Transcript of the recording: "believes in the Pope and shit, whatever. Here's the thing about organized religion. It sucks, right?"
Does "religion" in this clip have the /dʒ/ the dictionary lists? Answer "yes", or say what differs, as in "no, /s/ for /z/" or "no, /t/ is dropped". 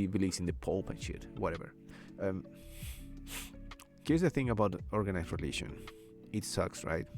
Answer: no, /ʃ/ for /dʒ/